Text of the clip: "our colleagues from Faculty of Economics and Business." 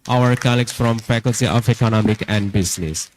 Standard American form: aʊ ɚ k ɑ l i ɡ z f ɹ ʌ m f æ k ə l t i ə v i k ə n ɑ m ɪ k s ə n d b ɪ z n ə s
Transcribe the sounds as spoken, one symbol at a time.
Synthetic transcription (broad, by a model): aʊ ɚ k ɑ l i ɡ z f ɹ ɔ m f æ k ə l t i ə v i k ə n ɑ m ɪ k ə n d b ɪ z n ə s